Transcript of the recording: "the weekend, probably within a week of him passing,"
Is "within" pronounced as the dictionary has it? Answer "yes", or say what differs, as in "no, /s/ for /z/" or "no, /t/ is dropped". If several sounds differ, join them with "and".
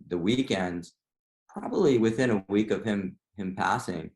yes